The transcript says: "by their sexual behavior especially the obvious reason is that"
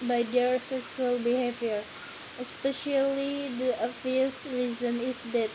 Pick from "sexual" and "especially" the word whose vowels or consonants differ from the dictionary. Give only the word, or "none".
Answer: sexual